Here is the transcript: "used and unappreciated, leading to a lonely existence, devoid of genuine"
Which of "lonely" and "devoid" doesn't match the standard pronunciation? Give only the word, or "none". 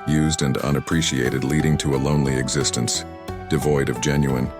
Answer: none